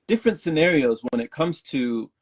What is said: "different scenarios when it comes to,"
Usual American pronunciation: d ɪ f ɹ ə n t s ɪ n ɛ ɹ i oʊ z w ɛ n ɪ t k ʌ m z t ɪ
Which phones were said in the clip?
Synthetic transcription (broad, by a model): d ɪ f ɹ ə n t s ɪ n ɛ ɹ i oʊ z w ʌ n ɪ t k ʌ m z t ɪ